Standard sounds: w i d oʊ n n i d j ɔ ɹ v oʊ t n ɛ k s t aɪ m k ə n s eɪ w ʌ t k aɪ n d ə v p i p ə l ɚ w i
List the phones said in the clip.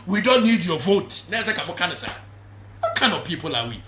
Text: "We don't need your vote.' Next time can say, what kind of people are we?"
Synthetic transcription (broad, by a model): w i d oʊ n n i d j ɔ v oʊ t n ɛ s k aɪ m k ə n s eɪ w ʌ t k aɪ n d ə v p i p ə l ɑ w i